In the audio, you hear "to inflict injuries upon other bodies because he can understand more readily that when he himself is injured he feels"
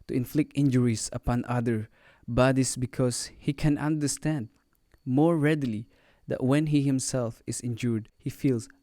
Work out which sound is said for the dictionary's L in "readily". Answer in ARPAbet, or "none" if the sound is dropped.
L